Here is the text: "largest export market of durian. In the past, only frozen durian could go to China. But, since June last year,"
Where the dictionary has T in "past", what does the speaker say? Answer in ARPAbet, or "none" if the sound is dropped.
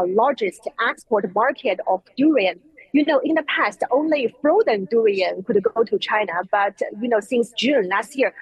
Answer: T